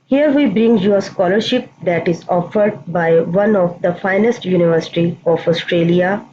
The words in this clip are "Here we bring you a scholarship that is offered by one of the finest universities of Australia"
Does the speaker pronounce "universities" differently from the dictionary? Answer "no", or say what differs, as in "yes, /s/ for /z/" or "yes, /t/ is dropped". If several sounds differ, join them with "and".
yes, /z/ is dropped